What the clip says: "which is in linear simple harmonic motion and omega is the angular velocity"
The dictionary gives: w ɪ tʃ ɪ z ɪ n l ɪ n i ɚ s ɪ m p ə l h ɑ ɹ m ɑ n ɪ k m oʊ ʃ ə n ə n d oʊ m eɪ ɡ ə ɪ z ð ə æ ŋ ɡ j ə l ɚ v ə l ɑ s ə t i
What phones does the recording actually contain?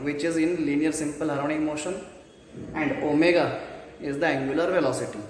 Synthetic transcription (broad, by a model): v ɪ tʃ ɪ z ɪ n l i n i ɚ s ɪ m p ə l h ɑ ɹ ɑ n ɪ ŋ m oʊ ʃ ə n ə n d oʊ m eɪ ɡ ə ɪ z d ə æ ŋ ɡ j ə l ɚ v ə l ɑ s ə t i